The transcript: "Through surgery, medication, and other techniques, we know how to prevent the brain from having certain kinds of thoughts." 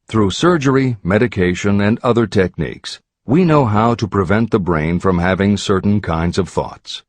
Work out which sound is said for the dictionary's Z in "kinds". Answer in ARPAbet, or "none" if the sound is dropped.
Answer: Z